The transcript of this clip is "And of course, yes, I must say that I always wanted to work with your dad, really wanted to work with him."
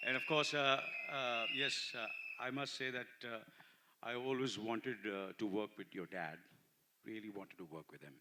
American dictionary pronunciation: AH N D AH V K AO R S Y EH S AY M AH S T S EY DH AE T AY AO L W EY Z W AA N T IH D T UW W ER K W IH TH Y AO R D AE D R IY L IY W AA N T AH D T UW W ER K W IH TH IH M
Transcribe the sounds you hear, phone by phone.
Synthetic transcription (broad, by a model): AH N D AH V K AO R S Y EH S AY M AH S T S EY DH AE T AY AO L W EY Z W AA N T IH D T UW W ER K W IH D Y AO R D AE D R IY L IY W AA N T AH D T UW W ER K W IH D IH M